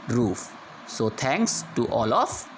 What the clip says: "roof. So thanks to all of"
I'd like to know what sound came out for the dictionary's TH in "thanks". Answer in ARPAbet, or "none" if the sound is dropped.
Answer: T